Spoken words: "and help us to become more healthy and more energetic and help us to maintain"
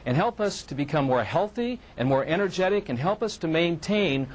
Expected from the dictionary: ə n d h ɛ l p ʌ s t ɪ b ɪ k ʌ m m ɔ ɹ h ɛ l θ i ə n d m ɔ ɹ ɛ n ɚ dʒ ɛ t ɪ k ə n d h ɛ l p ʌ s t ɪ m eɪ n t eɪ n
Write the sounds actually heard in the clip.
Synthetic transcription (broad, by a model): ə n h ɛ l p ʌ s t ɪ b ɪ k ʌ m m ɔ ɹ h ɛ l θ i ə n m ɔ ɹ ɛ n ɚ dʒ ɛ t ɪ k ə n h ɛ l p ʌ s t ɪ m eɪ n t eɪ n